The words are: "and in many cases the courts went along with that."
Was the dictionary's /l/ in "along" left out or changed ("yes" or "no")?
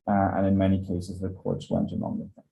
yes